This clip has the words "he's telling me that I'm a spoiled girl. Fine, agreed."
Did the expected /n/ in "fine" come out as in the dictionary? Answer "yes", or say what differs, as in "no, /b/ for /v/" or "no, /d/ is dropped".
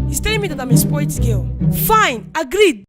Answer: yes